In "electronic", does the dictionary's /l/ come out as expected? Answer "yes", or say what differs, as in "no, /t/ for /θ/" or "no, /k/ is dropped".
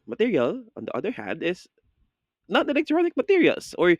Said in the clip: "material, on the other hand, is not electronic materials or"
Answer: no, /n/ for /l/